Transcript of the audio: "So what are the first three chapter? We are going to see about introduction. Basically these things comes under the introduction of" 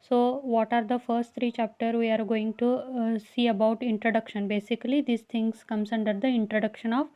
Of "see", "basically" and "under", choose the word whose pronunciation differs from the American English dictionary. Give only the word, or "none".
none